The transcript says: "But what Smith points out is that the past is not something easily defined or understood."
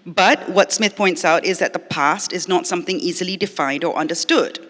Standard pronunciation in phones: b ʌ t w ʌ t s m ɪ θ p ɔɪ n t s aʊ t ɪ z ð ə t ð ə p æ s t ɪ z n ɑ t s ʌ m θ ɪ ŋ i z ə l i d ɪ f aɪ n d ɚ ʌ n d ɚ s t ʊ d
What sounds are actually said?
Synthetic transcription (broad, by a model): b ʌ t w ʌ t s m ɪ θ p ɔɪ n t s aʊ t ɪ z ð ə t ð ə p æ s t ɪ z n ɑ t s ʌ m θ ɪ ŋ i z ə l i d ɪ f aɪ n d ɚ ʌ n d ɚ s t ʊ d